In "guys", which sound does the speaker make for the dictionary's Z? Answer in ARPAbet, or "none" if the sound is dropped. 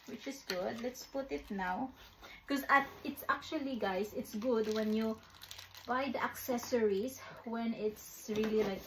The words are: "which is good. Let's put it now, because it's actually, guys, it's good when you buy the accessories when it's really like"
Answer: S